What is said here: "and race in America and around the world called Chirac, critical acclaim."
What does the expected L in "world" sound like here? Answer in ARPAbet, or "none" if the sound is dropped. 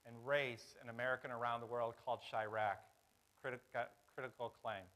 L